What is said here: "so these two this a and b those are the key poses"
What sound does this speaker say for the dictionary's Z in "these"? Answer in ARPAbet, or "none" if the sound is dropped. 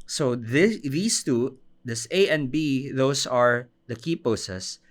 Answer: S